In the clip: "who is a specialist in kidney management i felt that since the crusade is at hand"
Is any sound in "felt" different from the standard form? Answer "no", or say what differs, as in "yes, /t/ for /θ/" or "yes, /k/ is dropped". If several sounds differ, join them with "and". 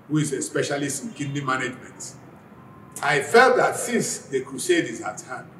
no